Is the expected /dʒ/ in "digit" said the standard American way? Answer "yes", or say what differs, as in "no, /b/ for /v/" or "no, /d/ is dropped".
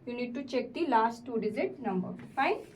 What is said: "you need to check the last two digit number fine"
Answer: no, /z/ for /dʒ/